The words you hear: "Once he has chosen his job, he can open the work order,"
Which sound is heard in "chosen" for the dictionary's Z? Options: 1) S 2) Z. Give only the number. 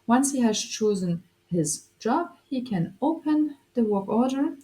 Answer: 2